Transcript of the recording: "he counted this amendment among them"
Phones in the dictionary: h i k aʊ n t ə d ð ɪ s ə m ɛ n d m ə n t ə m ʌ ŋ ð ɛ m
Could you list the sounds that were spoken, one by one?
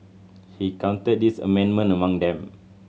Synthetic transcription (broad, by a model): h i k aʊ n t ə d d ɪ s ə m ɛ n m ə n ə m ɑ ŋ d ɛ m